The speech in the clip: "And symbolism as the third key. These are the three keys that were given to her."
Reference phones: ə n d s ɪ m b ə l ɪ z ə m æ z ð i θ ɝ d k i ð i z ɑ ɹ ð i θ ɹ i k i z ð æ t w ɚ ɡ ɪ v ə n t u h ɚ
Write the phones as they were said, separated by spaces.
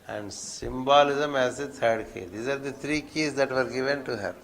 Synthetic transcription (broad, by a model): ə n d s ɪ m b ə l ɪ z ə m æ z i t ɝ d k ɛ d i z ɑ ɹ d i t ɹ i k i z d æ t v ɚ ɡ ɪ v ə n t u h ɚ